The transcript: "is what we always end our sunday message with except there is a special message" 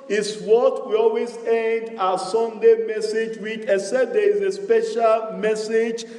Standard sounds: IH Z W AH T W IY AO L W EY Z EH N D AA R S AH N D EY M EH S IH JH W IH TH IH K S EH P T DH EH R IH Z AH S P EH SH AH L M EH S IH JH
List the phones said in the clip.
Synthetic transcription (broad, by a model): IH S W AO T W IY AO L W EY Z EH N D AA S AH N D EY M EH S IH JH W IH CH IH S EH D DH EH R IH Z AH S P EH SH AH L M EH S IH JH